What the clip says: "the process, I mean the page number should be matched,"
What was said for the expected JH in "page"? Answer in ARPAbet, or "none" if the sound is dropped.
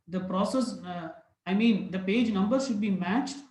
JH